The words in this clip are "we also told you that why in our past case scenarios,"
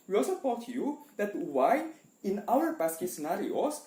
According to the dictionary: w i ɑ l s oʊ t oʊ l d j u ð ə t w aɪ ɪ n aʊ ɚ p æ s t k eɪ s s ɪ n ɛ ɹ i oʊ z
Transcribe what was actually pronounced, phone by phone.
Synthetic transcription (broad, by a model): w i ɑ l s oʊ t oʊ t j u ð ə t w aɪ ɪ n aʊ ɚ b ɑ s k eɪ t s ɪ n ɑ ɹ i oʊ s